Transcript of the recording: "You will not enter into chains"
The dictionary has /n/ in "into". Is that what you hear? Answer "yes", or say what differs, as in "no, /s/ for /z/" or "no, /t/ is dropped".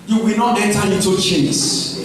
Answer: no, /n/ is dropped